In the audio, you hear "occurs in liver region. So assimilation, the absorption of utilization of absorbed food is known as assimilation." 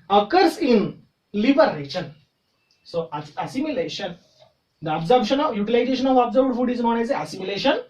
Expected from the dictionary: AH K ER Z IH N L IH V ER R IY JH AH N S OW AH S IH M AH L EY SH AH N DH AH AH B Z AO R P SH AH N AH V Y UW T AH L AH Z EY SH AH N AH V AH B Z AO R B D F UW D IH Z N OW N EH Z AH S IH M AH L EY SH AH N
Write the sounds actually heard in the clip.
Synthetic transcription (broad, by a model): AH K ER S IH N L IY B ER R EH SH AH N S OW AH S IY M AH L EY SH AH N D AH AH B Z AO R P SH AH N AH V Y UW T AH L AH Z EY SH AH N AH V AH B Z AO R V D F UW D IH Z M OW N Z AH S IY M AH L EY SH AH N